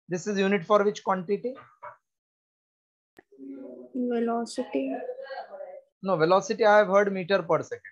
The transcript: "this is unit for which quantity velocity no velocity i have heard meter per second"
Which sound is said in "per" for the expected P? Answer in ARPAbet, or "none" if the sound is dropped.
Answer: P